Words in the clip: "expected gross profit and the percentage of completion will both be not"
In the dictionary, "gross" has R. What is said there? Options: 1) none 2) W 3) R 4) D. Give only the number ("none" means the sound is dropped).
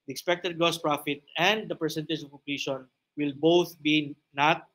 1